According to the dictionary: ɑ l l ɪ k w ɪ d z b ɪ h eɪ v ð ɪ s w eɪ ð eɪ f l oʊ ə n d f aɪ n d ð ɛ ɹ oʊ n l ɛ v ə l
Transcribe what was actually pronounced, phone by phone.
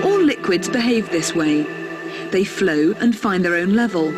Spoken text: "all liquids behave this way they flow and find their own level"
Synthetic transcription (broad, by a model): ɑ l l ɪ k w ɪ d z b ɪ h eɪ v ð ɪ s w eɪ ð eɪ f l oʊ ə n f aɪ n ð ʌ ɹ oʊ n l ɛ v ə l